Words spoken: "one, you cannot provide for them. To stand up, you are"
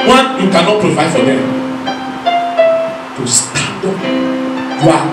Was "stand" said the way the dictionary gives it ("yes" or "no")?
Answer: no